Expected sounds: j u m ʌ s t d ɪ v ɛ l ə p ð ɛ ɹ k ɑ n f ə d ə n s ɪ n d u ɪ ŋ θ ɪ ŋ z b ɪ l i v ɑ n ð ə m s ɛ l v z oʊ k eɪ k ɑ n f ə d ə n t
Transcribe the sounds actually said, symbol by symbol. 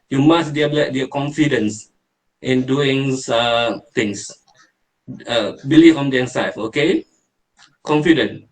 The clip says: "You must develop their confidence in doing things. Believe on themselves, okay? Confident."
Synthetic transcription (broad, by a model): j u m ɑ s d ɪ ɛ l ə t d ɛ k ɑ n f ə d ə n s ɪ n d u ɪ ŋ t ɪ ŋ s b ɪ l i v ɑ n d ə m s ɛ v oʊ k eɪ k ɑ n f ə d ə n